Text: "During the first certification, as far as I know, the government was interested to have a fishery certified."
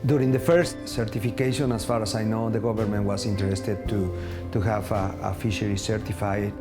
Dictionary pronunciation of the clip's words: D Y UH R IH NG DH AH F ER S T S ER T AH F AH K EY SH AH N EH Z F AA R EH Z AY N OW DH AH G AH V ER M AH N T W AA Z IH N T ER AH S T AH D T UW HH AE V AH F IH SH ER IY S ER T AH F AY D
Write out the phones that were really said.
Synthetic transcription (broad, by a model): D Y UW R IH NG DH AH F ER S T S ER T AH F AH K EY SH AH N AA S F AA R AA S AY N OW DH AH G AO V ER M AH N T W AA S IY N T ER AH S T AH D T UW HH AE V AH F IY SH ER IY S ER T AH F AY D